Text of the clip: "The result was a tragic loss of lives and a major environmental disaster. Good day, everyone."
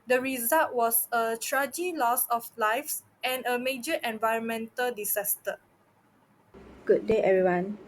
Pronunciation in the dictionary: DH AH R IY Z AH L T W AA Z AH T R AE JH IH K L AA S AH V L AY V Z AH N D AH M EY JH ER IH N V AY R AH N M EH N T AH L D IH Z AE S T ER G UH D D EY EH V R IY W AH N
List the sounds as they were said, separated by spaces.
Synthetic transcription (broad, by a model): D AH R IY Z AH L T W AA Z AH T R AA JH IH L AA S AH F L AY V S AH N AH M EY JH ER IH N V AY R AH N M EH N T AH L D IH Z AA S T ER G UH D D EY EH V R IY W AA N